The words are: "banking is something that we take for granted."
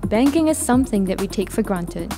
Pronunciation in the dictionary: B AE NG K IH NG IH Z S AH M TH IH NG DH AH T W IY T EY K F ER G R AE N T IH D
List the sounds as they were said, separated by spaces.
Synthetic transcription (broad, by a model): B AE NG K IH NG IH Z S AH M TH IH NG DH AH T W IY T EY K F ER G R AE N T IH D